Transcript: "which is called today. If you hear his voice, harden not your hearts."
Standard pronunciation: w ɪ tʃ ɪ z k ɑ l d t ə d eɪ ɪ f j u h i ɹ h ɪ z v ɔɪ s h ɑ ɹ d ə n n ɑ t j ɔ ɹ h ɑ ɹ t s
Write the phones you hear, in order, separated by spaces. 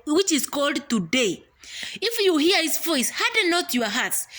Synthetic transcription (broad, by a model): w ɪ tʃ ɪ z k ɑ l d t ə d eɪ ɪ f j u h i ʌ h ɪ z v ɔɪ s h ɑ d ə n n ɑ t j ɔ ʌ h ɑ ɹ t s